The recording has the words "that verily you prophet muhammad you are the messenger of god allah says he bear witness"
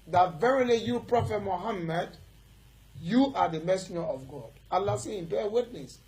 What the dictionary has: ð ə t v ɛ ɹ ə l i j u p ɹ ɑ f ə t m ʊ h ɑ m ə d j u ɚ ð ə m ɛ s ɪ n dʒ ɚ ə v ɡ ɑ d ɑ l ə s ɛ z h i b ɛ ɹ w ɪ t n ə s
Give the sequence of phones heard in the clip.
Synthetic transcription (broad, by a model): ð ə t v ɛ ɹ ə l i j u p ɹ ɑ f ə t m ʊ h ɑ m ə d j u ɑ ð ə m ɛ s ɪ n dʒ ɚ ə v ɡ ɑ d ɑ l ə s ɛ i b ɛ w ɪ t n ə s